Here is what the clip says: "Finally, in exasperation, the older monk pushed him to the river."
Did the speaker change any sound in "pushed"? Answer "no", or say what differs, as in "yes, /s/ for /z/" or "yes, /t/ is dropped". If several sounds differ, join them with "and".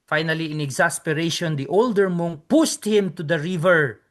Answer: yes, /s/ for /ʃ/